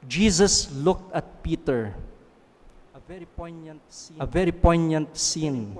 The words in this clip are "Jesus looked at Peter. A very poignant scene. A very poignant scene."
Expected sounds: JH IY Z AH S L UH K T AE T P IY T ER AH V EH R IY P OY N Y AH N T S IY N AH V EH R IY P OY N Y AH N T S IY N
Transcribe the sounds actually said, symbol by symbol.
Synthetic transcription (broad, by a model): JH IY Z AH S L UH K T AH T P IY T ER AH V EH R IY P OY N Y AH N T S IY AH V EH R IY P OY N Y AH N T S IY N